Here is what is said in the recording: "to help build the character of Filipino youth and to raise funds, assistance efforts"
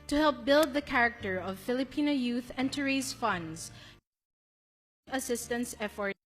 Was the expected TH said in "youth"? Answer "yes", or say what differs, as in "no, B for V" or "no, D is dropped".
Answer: yes